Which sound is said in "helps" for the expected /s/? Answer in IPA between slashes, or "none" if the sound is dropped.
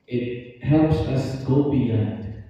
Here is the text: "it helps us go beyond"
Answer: /s/